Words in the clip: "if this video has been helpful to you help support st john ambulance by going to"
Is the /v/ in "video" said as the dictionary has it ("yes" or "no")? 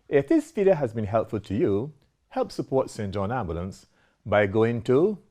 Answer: no